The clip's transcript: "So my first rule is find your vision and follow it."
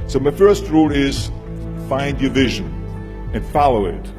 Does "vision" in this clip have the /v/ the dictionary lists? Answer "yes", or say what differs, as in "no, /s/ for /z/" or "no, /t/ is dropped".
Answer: yes